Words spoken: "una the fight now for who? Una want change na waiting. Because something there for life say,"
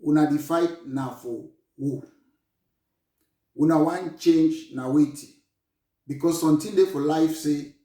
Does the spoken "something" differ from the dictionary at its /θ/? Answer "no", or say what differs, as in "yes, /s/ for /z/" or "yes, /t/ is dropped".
yes, /t/ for /θ/